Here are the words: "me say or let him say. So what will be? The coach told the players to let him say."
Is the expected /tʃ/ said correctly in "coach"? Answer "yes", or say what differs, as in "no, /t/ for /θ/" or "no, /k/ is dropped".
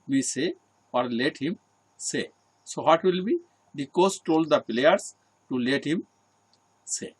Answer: no, /s/ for /tʃ/